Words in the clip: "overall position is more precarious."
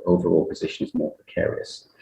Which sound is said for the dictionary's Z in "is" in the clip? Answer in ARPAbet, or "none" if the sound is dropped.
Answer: Z